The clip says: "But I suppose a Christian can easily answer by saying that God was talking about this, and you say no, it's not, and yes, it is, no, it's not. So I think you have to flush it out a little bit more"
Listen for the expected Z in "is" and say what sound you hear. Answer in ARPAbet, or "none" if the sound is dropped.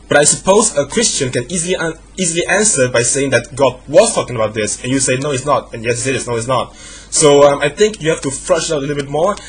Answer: S